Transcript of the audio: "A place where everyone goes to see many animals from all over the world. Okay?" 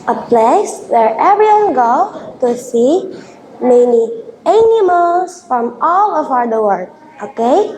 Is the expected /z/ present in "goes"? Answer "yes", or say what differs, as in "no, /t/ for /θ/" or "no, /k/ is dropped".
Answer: no, /z/ is dropped